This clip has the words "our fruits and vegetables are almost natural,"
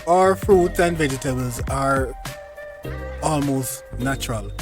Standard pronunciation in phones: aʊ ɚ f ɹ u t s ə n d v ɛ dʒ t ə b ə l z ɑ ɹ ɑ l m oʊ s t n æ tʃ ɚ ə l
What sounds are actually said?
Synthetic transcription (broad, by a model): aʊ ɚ f ɹ u t s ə n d v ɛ dʒ t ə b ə l z ɑ ɹ ɑ l m oʊ s t n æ tʃ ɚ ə l